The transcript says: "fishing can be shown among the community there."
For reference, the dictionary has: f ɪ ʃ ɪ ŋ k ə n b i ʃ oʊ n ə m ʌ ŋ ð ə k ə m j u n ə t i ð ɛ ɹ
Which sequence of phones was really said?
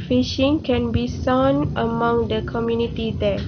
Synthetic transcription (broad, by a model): f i ʃ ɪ ŋ k ə n b i s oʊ n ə m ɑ ŋ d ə k ə m j u n ə t i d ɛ